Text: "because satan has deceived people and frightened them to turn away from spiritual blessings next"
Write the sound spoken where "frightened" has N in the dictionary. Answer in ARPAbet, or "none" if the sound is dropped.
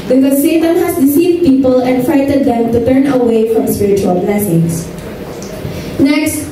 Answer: none